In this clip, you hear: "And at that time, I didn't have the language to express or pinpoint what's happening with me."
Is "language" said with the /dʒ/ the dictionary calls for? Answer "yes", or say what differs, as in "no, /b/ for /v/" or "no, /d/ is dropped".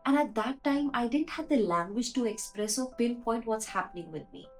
yes